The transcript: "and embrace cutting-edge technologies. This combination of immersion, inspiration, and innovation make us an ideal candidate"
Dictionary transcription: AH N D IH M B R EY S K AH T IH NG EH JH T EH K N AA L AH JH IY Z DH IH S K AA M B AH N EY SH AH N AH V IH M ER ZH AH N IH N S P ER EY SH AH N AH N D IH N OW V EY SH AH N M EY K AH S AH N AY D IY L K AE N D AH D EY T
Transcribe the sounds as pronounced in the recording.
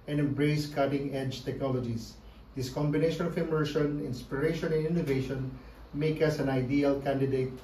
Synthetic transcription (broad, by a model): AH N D IH M B R EY S K AH T IH NG EH JH T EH K N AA L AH JH IY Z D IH S K AA M B AH N EY SH AH N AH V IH M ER SH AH N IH N S P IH EY SH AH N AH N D IH N OW V EY SH AH N M EY K AH S AH N AY D IY L K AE N D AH D EY T